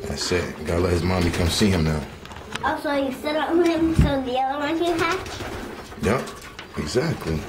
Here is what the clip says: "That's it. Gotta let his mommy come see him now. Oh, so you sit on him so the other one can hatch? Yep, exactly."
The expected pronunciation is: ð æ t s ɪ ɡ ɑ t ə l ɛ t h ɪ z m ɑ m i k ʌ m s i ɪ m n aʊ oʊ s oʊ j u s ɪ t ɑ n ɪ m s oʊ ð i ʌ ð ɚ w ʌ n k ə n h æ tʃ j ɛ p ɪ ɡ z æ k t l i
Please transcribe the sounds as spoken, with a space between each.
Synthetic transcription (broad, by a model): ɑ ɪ s ɪ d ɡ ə l ɛ t h ɪ z m ɑ m i k ʌ m s i ɪ m n aʊ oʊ s oʊ j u s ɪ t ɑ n ɪ m s oʊ ð i ʌ ð ɚ w ʌ n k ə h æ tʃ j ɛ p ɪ ɡ z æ k t l i